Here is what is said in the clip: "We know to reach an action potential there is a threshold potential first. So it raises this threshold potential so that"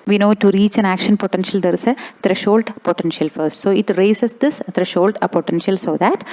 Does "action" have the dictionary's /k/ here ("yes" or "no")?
yes